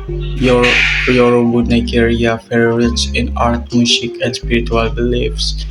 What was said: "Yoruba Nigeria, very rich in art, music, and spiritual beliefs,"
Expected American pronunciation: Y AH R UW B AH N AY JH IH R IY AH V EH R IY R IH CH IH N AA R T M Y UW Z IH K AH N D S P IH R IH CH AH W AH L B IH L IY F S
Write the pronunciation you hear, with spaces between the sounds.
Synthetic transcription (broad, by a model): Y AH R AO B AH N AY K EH R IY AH F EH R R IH S IH N AA R T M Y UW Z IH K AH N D S P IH R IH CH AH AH L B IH L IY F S